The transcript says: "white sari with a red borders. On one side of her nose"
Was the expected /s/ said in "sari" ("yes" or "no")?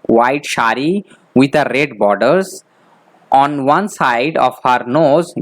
no